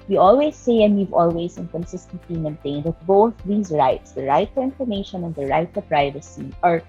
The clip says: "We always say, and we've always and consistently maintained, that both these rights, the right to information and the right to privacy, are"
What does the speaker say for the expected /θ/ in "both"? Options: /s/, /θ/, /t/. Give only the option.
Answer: /θ/